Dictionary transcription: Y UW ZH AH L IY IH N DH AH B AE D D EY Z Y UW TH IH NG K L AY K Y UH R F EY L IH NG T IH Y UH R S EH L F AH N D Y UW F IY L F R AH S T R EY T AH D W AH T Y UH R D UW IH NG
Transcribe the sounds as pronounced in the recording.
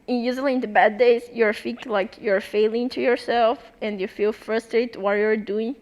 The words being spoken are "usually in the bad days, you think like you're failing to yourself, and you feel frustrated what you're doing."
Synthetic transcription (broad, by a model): Y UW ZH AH L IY IH N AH B AE D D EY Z Y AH F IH K L AY K Y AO R F EY L IH NG T IH Y UH R S EH L F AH N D Y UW F IY L F R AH S T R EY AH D W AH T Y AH R D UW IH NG